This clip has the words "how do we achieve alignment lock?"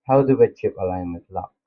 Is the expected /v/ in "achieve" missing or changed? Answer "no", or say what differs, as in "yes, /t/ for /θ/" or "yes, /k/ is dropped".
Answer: yes, /p/ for /v/